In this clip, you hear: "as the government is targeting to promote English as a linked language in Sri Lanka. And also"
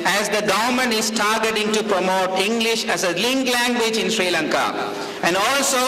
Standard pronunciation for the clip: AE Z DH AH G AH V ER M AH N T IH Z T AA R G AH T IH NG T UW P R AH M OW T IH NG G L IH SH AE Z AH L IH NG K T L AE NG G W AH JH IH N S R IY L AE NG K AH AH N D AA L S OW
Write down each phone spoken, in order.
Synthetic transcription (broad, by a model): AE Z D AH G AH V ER M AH N IH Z T AA R G AH T IH NG T UW P R AH M OW T IH NG G L IH SH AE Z AH L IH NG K L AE NG G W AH JH IH N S R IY L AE NG K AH AH N D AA L S OW